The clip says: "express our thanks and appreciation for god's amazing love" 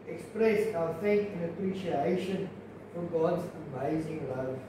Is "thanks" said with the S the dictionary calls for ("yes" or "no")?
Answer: no